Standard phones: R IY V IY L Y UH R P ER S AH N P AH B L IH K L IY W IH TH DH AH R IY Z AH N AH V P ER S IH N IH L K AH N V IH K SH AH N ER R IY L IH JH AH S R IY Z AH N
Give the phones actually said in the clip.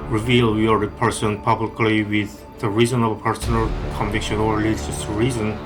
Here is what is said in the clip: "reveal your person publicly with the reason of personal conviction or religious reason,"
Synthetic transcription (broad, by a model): R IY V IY L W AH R P ER S AH N P AH B L IH K L IY W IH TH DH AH R IY Z AH N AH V P ER S IH N IH L K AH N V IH K SH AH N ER L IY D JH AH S R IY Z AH N